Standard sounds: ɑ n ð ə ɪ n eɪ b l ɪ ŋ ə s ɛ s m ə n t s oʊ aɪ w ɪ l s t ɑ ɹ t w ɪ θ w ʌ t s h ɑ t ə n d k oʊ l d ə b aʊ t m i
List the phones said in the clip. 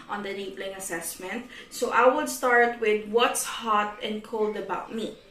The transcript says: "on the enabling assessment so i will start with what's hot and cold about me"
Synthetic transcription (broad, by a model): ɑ n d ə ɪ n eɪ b l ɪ ŋ ə s ɛ s m ə n t s oʊ aɪ w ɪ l s t ɑ ɹ t w ɪ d w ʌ t s h ɑ t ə n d k oʊ l d ə b aʊ t m i